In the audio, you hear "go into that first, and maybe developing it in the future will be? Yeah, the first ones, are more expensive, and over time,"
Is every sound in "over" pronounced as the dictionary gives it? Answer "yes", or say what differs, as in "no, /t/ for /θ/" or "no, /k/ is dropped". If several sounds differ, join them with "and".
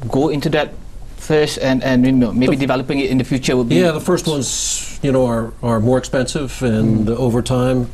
yes